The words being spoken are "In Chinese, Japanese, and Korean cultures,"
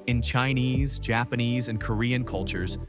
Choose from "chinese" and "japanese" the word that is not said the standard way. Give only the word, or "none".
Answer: none